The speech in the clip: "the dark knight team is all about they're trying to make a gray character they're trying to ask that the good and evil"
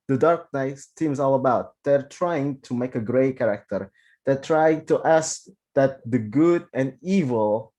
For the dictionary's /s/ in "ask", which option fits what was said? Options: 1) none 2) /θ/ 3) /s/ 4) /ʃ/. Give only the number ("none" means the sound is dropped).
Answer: 3